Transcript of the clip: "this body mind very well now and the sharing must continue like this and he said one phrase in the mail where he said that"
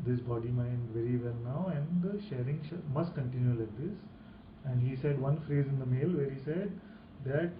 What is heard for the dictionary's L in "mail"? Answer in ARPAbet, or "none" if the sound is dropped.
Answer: L